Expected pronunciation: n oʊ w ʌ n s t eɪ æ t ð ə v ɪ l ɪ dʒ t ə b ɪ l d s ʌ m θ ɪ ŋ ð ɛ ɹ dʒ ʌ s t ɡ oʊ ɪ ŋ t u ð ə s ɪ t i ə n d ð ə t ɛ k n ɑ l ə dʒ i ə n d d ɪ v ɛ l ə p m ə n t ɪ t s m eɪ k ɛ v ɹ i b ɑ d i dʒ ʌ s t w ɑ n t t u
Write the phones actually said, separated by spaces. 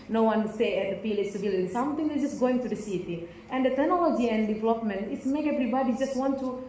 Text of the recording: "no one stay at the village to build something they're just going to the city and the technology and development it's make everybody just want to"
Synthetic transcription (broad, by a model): n oʊ w ʌ n s t eɪ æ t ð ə p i l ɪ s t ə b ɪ l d s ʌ m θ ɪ ŋ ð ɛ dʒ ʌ s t ɡ oʊ ɪ ŋ t u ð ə s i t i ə n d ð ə t ɛ k n ɑ l ə dʒ i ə n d d ɪ v ɛ l ə p m ə n t ɪ t s m eɪ k ɛ v ɹ i b ɑ d i dʒ ʌ s t w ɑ n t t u